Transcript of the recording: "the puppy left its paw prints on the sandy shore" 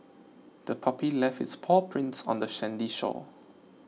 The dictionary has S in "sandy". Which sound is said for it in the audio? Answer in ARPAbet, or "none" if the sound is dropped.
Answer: SH